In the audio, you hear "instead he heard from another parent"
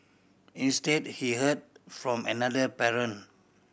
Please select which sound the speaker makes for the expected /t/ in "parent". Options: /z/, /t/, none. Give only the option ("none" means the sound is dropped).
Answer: none